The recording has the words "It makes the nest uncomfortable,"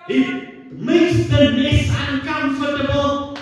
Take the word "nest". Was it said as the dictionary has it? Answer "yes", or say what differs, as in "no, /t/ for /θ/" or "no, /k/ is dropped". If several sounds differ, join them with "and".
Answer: no, /t/ is dropped